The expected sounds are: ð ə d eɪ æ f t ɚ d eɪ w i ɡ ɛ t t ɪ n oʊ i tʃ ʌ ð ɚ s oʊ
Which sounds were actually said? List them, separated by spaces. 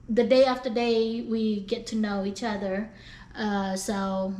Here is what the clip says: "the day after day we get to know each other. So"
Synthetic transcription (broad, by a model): ð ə d eɪ æ f t ɚ d eɪ w i ɡ ɛ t t ɪ n oʊ i tʃ ʌ ð ɚ s oʊ